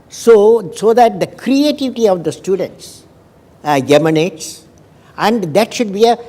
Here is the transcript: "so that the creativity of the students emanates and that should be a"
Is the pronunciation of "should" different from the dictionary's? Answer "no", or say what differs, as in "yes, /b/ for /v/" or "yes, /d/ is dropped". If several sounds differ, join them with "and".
no